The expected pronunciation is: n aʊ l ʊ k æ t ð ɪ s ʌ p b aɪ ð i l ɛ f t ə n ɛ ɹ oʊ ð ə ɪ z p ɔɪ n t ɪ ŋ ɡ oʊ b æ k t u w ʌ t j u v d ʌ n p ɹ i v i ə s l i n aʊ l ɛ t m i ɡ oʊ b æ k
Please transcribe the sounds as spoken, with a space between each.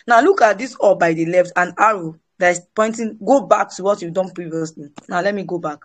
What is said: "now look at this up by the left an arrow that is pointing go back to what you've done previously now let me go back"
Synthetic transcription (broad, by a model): n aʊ l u k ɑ t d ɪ s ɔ b aɪ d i l ɛ f t ə n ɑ ɹ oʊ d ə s p ɔɪ n t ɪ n ɡ oʊ b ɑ k t u w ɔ t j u d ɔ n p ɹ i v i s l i n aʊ l ɛ t m i ɡ oʊ b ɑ k